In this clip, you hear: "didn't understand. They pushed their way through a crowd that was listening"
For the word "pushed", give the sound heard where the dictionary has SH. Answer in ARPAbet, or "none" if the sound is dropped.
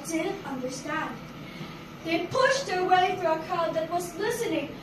SH